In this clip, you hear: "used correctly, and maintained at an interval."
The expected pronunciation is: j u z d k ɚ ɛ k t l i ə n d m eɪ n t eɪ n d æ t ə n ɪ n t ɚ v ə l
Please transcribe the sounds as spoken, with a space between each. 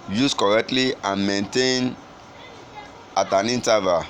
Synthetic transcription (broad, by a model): j u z k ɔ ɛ k t l i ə n m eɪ n t eɪ n ɑ t ə n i n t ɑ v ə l